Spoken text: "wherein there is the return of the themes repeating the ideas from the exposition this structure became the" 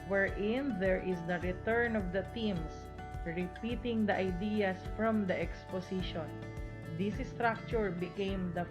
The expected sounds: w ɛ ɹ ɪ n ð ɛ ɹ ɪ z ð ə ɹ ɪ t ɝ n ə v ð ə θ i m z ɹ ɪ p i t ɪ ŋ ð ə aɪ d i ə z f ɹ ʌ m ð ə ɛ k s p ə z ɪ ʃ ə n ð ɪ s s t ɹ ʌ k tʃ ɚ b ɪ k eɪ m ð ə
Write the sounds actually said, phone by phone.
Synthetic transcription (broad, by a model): w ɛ ɹ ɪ n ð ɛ ɹ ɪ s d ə ɹ ɪ t ɝ n ə v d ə t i m s ɹ ɪ p i t ɪ ŋ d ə aɪ d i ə s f ɹ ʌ m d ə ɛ k s p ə s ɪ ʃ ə n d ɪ s s t ɹ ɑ k tʃ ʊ b ɪ k eɪ m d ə